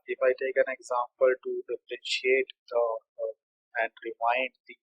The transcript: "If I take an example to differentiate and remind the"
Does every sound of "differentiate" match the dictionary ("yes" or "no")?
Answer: no